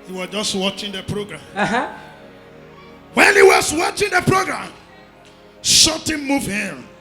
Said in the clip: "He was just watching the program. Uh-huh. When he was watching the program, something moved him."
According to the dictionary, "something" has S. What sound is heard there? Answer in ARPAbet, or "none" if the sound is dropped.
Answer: SH